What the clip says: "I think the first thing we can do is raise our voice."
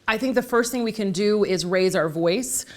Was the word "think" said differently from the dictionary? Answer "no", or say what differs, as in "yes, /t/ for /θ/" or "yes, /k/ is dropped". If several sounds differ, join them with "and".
no